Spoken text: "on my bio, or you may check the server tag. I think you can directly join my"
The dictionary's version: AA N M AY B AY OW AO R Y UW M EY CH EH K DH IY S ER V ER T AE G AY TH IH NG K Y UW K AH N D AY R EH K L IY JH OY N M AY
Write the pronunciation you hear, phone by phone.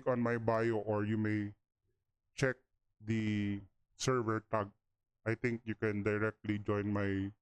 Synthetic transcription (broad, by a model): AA N M AY B AY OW AO R Y UW M EY CH EH K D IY S ER V ER T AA G AY T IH NG K Y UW K AH N D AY R EH K L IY JH OY N M AY